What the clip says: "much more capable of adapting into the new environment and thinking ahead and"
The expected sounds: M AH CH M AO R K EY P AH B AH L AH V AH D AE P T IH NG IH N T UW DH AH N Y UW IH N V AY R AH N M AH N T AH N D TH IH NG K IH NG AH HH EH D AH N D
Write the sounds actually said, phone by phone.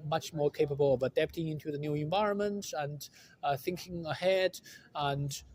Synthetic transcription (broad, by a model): M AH CH M AO R K EY P AH B AH L AH V AH D AE P T IH NG IH N T UW DH AH N Y UW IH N V AY R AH N M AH N T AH N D TH IH NG K IH NG AH HH EH D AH N